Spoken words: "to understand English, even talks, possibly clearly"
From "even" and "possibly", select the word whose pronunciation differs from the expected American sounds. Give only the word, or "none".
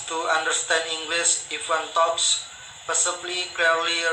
even